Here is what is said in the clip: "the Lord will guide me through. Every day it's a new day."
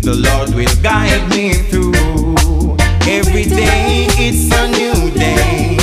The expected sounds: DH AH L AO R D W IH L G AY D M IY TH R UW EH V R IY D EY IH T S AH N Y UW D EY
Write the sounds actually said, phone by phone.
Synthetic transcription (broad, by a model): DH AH L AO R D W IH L G AY D M IY TH R UW EH V R IY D EY IH T S AH N Y UW D EY